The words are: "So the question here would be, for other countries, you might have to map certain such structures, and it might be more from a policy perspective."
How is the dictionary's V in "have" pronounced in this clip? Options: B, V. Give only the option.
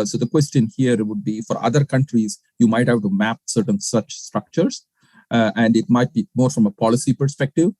B